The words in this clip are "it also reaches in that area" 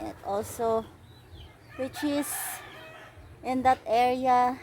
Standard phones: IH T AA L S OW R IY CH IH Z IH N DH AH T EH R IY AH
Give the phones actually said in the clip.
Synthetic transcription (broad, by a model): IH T AA L S OW W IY CH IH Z IH N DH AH T EH R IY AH